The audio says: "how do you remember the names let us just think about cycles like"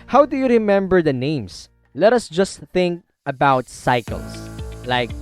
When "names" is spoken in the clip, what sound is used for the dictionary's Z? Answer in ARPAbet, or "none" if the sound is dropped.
S